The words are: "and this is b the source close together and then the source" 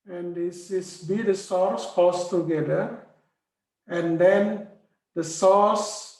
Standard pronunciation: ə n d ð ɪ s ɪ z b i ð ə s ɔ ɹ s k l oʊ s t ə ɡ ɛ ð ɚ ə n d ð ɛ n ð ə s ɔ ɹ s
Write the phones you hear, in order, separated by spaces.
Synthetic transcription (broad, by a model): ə n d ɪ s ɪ s b i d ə s ɔ ɹ s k oʊ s t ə ɡ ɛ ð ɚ ə n d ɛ n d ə s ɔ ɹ s